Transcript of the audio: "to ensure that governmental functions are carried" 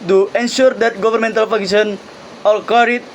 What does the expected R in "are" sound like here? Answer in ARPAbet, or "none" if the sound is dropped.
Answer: L